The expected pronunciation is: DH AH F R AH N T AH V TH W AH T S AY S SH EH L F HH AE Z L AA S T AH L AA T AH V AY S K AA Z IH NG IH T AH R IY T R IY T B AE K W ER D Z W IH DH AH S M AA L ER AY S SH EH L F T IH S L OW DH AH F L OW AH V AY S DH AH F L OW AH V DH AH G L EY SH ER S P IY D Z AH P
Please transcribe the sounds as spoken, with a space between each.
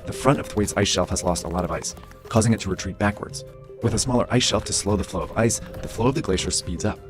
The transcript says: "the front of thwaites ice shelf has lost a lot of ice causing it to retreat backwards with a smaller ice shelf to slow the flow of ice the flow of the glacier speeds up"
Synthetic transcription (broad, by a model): DH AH F R AH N T AH V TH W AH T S AY S SH EH L F HH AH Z L AA S T AH L AA T AH V AY S K AA Z IH NG IH T AH R IY T R IY T B AE K W ER D Z W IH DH AH S M AA L ER AY S SH EH L F T IH S L OW DH AH F L OW AH V AY S DH AH F L OW AH V DH AH G L EY SH ER S P IY D Z AH P